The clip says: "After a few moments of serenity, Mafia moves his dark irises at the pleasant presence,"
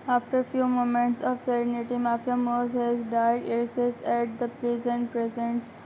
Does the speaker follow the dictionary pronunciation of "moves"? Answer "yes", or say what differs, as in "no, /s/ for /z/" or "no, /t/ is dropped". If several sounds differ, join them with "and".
no, /v/ is dropped